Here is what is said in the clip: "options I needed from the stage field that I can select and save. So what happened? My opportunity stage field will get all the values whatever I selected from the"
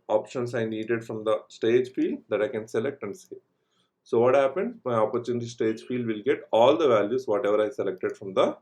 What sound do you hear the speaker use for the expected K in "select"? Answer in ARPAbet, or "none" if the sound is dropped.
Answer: K